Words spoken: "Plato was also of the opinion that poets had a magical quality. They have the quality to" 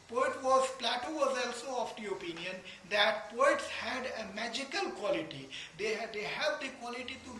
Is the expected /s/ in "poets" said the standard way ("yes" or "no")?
yes